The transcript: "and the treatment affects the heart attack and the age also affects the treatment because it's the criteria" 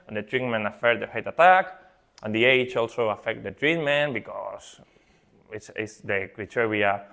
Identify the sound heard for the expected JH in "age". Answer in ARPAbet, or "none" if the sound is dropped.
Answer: CH